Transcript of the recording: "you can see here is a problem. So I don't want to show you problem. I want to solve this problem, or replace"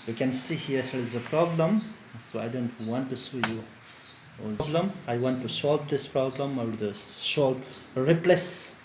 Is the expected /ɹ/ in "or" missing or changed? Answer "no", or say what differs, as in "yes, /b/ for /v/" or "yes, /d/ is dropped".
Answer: yes, /l/ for /ɹ/